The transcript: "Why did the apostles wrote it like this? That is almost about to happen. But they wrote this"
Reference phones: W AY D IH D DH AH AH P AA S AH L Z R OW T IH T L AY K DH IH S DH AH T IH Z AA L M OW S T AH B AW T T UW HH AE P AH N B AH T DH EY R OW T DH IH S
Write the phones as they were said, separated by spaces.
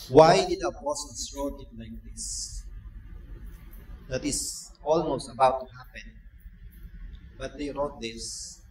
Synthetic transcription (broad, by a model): W AY D IH D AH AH B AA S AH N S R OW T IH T L AY K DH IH S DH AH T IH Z AA L M OW S T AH B AW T T UW HH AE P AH N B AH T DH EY R OW T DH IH S